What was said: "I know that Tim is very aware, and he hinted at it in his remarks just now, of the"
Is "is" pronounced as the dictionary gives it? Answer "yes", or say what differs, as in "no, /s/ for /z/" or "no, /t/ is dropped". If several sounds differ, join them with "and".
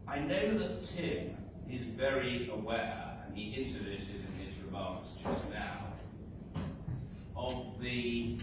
yes